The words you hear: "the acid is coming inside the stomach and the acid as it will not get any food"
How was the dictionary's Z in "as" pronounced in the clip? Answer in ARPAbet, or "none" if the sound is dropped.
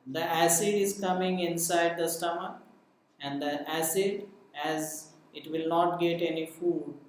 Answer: Z